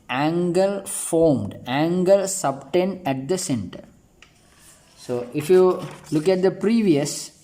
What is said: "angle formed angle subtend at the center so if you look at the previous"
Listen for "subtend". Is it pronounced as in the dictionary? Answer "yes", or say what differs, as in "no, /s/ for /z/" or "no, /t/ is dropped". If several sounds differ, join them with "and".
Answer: yes